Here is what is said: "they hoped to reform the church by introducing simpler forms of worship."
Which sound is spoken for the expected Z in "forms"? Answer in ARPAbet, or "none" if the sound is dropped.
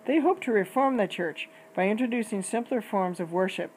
Z